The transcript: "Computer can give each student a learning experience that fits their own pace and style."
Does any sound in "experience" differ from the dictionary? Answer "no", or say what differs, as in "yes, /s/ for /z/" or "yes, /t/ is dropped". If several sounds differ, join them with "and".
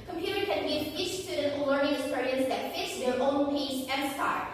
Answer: yes, /k/ is dropped